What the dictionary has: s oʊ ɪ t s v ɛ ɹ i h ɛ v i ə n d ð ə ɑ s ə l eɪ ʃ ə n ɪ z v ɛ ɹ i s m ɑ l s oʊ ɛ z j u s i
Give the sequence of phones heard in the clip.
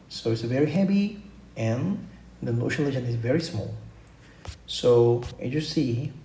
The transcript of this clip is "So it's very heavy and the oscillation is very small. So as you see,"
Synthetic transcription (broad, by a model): s oʊ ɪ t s v ɛ ɹ i h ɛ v i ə n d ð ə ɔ ʃ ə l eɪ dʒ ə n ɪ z v ɛ ɹ i s m ɑ l s oʊ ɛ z j u s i